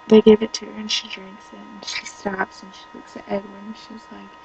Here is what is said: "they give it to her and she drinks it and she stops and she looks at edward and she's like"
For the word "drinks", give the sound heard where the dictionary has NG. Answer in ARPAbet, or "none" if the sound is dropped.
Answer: NG